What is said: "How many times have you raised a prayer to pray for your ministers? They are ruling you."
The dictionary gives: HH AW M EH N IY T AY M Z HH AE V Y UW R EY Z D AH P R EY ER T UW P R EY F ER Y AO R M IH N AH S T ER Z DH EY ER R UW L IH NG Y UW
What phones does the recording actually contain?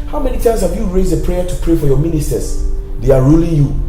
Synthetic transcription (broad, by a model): HH AW M EH N IY T AY M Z HH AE V Y UW R EY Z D AH P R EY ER T UW P R EY F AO Y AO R M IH N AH S T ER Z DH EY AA R UW L IH NG Y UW